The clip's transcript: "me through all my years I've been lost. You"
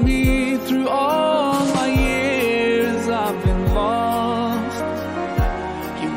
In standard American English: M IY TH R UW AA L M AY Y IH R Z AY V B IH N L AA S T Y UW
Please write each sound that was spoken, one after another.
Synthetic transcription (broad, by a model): M IY TH R UW AA L M AY Y IH R Z AY V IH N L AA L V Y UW